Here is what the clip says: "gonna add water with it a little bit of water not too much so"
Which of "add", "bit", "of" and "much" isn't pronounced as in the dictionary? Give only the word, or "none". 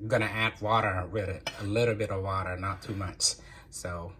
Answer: none